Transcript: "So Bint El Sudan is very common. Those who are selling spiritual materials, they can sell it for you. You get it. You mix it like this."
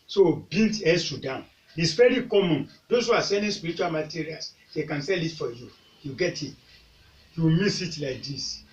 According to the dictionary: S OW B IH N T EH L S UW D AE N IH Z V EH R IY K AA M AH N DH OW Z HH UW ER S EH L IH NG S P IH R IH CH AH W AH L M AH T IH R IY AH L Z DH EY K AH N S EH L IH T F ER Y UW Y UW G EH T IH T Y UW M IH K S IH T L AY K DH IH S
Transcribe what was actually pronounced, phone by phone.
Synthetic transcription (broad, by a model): S OW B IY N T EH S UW D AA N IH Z V EH R IY K AA M AH N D OW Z HH UW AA S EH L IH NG S P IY R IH CH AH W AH L M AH T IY R IY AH L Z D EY K AH N S EH L IH T F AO Y UW Y UW G EH T IH T Y UW M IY S IH T L AY K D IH S